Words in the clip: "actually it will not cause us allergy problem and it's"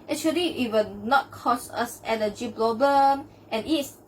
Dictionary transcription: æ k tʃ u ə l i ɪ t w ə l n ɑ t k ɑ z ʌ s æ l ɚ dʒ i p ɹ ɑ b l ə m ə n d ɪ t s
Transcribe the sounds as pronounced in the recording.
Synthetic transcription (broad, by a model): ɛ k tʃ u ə l i ɪ t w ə n ɑ t k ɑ s ʌ s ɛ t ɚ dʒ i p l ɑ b ə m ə n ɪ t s